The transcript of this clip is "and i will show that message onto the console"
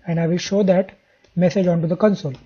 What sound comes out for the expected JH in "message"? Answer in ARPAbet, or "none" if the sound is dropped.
JH